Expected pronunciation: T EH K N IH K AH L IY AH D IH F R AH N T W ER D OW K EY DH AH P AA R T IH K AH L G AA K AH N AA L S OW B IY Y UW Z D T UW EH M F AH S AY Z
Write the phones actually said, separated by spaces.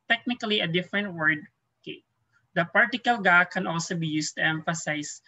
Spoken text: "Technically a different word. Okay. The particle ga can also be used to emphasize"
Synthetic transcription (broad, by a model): T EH K N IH K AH L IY AH D IH F R AH N T W ER D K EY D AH P AA R T IH K AH L G AA K AH N AA L S OW B IY Y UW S T UW EH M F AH S AY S